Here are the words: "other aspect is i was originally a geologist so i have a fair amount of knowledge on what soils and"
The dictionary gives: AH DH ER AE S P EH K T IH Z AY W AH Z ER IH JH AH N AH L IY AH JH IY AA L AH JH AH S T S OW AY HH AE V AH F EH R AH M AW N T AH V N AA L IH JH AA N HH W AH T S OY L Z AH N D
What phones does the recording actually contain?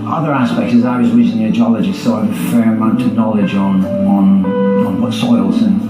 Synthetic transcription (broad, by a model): AH DH ER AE S P EH K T IH Z AY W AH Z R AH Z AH N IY AH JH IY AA L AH JH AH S S OW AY AH F EH R AH M AW N T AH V N AA L IH JH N N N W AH T S OY L Z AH N